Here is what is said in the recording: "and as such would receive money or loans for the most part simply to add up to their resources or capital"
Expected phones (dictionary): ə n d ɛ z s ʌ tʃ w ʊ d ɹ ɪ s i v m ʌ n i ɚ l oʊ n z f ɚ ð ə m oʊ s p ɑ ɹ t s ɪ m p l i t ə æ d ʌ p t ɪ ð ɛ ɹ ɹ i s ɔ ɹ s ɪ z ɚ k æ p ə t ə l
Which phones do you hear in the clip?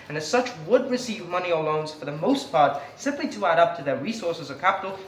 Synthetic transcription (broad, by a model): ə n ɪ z s ʌ tʃ w ʊ d ɹ ɪ s i v m ʌ n i ɚ l oʊ n z f ɚ ð ə m oʊ s p ɑ ɹ t s ɪ m p l i t ə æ d ʌ p t ɪ ð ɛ ɹ ɹ i s ɔ ɹ s ɪ z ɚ k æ p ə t l